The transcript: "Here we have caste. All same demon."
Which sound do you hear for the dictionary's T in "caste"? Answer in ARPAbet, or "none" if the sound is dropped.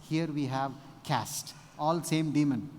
T